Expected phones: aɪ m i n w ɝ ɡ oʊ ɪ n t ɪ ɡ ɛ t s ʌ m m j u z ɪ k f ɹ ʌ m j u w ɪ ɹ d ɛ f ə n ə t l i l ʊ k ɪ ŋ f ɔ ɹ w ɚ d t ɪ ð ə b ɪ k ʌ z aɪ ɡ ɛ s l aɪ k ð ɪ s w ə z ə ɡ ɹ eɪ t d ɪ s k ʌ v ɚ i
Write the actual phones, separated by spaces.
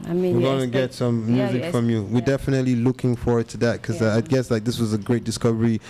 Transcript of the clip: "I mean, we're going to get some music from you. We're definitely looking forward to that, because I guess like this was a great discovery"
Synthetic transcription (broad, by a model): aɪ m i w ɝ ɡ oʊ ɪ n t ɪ ɡ ɛ t s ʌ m m j u z ɪ k f ɹ ʌ m j u w ɪ ɹ d ɛ f ə n ə t l i l ʊ k ɪ ŋ f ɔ ɹ w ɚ d t ɪ ð ə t k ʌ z aɪ ɡ ɛ s l aɪ k ð ɪ s w ə z ə ɡ ɹ eɪ t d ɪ s k ʌ v ɚ i